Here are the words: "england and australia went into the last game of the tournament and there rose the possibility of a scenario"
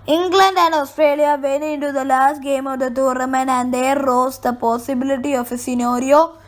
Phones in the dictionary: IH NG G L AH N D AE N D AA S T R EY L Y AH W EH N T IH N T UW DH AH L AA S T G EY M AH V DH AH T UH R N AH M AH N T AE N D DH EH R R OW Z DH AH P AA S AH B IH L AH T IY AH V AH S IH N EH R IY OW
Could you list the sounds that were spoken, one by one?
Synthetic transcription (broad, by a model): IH NG G L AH N D AE N D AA S T R EY L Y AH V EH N IH N T UW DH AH L AA S T G EY M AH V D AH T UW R AH M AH N AE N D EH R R OW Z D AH P AA S AH B IH L AH T IY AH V AH S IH N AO R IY OW